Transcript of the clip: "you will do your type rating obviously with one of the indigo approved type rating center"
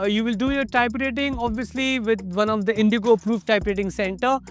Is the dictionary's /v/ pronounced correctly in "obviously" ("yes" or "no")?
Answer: yes